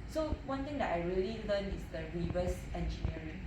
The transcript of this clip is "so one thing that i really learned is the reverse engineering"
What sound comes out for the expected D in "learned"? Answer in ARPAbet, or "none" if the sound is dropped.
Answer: none